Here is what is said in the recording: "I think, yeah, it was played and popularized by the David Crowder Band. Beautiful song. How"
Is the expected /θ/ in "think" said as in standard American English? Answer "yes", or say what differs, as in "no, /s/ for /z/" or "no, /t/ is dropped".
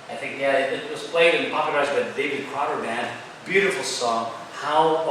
yes